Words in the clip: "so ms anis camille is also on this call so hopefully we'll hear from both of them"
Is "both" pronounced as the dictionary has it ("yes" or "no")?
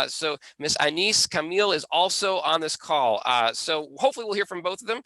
yes